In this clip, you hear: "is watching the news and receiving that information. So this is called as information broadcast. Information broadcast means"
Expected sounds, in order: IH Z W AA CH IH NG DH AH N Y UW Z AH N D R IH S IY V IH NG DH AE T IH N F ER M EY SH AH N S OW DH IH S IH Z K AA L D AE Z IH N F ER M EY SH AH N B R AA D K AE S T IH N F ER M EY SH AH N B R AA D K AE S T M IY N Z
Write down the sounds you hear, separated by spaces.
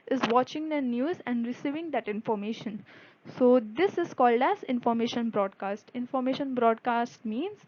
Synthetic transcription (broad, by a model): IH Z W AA CH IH NG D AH N Y UW Z AH N D R IH S IY V IH NG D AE T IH N F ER M EY SH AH N S OW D IH S IH Z K AA L D AE Z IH N F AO M EY SH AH N B R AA D K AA S T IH N F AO M EY SH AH N B R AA D K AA S T M IY N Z